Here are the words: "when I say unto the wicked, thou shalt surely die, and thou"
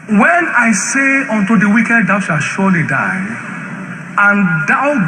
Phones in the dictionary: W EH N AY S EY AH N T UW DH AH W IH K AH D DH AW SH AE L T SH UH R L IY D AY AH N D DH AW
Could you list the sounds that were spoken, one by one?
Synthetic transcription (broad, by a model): W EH N AY S EY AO N T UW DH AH W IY K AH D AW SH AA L SH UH L IY D AY AH N D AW